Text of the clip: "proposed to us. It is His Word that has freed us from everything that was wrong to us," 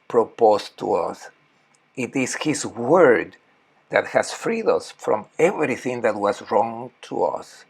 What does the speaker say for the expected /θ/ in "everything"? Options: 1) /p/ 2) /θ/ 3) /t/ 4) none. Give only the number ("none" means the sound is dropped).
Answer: 2